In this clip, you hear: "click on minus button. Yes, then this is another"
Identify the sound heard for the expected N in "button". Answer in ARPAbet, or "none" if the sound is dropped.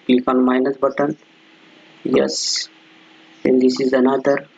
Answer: N